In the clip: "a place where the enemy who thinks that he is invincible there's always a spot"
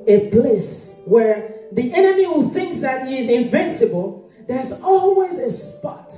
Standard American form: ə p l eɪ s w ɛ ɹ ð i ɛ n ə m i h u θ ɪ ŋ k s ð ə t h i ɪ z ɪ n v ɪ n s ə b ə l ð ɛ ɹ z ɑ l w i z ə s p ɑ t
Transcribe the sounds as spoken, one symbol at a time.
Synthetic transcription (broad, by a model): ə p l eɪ s w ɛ ɹ ð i ɛ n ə m i h u θ ɪ ŋ k s ð ə t h i ɪ z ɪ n v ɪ n s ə b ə l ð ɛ ɹ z ɑ l w i z ə s p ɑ t